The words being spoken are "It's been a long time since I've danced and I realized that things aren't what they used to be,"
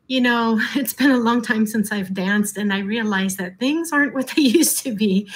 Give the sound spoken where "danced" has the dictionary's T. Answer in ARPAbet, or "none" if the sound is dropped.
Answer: T